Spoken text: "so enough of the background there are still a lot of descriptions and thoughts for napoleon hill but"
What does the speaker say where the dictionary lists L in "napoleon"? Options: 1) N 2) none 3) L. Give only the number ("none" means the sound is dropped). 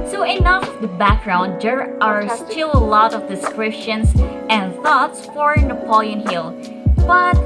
3